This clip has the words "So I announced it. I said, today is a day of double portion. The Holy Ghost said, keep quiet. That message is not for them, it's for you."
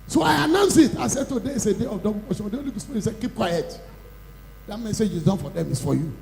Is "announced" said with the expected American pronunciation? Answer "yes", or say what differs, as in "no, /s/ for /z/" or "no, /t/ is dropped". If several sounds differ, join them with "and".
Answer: no, /t/ is dropped